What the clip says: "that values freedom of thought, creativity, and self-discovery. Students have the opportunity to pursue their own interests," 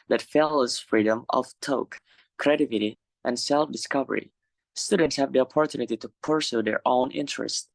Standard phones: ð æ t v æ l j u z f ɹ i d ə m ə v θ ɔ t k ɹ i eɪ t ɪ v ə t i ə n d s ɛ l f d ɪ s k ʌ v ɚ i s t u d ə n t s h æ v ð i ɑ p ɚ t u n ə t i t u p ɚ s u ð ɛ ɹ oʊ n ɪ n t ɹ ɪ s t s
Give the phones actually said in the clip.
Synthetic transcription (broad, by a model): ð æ t f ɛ l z f ɹ i d ə m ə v t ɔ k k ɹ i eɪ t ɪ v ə t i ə n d s ɛ l f d ɪ s k ʌ v ɚ i s t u d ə n t s h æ v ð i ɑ p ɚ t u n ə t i t u p ɚ s u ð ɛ ɹ oʊ n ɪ n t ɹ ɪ s t